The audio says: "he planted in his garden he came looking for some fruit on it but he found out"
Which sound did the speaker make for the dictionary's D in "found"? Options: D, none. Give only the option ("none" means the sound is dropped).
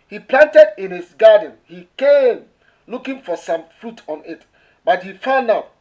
none